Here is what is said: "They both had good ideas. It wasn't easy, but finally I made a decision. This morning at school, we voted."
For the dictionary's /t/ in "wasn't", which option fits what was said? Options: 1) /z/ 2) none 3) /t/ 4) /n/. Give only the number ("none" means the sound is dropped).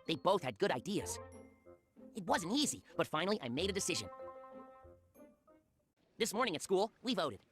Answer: 3